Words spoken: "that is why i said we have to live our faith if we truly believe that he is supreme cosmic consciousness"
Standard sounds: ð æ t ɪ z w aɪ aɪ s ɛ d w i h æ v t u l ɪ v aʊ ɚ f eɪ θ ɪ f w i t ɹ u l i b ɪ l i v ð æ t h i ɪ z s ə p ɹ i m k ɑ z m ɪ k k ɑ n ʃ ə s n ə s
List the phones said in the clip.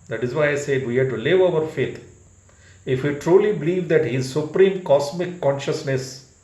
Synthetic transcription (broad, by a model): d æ t ɪ z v aɪ aɪ s ɛ d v i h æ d t u l ɪ v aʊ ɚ f eɪ t ɪ f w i t ɹ u l i b ɪ l i v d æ t h i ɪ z s ə p ɹ i m k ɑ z m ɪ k k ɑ n ʃ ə s n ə s